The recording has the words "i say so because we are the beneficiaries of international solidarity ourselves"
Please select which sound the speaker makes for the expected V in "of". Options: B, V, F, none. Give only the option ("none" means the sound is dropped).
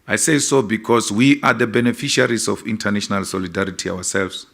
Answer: F